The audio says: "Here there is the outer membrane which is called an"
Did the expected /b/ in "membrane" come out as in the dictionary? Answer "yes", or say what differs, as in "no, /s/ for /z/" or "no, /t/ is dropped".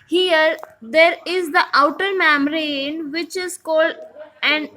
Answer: no, /b/ is dropped